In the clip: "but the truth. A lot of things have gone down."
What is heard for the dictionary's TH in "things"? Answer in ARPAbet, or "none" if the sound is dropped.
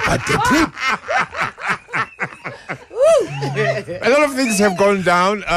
TH